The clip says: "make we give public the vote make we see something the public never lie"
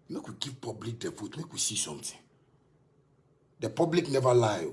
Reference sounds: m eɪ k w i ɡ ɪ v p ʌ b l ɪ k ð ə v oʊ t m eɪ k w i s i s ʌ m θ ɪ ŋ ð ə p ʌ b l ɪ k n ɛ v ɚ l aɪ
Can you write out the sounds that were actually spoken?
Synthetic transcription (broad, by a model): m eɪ k w i ɡ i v p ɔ b l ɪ k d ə f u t m eɪ k w i s i s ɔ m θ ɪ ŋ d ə p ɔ b l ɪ k n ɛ v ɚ l aɪ